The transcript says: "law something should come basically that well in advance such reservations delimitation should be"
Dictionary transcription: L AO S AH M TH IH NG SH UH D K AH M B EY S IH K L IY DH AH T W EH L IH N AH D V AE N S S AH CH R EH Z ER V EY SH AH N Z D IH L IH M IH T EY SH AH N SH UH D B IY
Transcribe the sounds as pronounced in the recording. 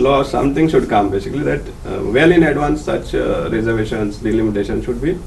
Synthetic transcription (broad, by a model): L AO S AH M T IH NG SH UH D K AH M B EY S IH K L IY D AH T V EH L IH N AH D V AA N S S AH CH R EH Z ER V EY SH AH N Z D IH L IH M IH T EY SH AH N SH UH D B IY